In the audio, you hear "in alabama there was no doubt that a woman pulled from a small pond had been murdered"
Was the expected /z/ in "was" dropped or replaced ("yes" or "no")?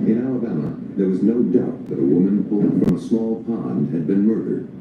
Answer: no